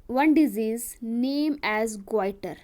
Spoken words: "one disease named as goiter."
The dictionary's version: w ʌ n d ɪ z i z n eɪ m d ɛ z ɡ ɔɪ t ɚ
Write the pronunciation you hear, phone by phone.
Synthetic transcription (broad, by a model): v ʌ n d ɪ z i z n eɪ m ɛ z ɡ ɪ t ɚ